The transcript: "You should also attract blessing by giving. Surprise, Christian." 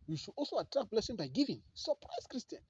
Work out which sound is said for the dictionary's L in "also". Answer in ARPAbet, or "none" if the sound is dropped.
L